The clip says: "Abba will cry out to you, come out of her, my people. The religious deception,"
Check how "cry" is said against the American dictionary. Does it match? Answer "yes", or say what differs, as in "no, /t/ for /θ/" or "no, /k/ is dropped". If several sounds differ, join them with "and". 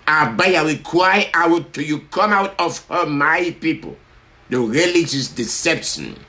no, /w/ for /ɹ/